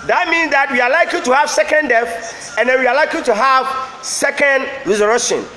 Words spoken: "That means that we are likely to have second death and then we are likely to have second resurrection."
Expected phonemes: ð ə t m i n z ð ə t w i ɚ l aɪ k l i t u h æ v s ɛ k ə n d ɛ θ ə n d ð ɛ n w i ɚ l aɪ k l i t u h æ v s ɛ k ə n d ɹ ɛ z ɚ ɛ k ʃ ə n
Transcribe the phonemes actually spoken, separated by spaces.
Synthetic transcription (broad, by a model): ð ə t m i n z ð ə t w i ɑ l aɪ k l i t u h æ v s ɛ k ə n d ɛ f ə n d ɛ n w i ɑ l aɪ k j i t u h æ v s ɛ k ə n d ɹ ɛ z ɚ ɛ k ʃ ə n